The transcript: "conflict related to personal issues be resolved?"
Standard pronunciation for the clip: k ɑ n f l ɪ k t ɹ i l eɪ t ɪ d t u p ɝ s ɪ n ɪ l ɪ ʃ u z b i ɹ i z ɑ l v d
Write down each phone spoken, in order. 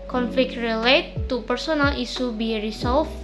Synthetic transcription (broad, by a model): k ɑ n f l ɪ k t ɹ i l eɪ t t u p ɝ s ɪ n ɪ l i s u b i ɹ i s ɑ l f